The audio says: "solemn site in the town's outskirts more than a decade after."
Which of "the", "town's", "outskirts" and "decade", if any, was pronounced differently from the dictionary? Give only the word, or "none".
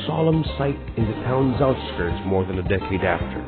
none